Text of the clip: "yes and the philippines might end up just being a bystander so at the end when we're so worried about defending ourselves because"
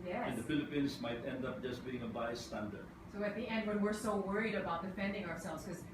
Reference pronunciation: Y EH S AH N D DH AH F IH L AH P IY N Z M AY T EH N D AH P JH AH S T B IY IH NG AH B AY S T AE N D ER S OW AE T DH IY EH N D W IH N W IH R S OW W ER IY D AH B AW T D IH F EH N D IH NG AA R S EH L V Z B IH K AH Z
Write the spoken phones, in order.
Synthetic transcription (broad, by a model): Y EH AH N D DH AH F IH L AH P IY N S M AY T EH N D AH P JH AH S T B IY IH NG AH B AY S T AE N D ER S OW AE T DH IY EH N D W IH N W IH R S OW W ER IY D AH B AW T D IH F EH N D IH NG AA R S EH L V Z K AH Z